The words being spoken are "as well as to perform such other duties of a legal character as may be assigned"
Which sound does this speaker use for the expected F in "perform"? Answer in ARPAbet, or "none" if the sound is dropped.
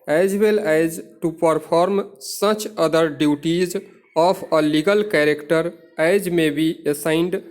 P